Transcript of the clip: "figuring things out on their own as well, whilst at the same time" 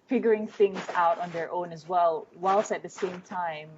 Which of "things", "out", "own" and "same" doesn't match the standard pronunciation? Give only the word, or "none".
none